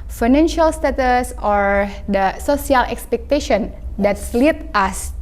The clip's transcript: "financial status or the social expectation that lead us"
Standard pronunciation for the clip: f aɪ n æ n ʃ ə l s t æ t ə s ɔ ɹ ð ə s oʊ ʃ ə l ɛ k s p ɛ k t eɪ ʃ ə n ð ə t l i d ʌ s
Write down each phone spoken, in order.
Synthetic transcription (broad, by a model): f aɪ n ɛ n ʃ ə l s t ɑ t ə s ɔ ɹ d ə s oʊ s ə l ɛ k s p ɛ k t eɪ ʃ ə n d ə t l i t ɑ s